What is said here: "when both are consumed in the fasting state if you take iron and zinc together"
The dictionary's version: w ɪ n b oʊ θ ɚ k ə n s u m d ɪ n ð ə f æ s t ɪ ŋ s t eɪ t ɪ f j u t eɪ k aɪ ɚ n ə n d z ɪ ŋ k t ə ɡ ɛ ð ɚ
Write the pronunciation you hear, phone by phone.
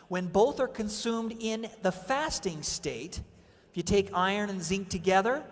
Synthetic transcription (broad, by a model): w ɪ n b oʊ θ ɚ k ə n s u m d ɪ n ð ə f æ s t ɪ ŋ s t eɪ t ɪ f j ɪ t eɪ k aɪ ɚ n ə n z ɪ ŋ k t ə ɡ ɛ ð ɚ